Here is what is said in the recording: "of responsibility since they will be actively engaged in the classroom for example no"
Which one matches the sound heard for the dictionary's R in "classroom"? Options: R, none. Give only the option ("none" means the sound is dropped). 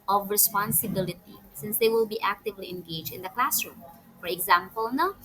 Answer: R